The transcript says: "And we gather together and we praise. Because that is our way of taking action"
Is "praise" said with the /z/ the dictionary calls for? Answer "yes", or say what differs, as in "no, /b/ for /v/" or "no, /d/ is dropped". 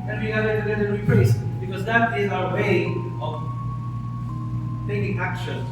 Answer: no, /s/ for /z/